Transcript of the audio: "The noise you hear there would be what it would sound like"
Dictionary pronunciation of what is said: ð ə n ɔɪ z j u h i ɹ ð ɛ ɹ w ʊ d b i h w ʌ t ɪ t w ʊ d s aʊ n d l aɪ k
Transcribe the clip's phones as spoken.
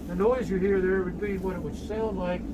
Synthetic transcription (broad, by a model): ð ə n ɔɪ z j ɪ h i ɹ ð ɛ ɹ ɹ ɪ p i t w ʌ t ɪ t w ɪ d s aʊ n d l aɪ k